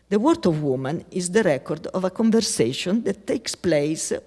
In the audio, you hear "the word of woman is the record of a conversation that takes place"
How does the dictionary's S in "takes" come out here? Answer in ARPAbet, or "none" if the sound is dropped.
S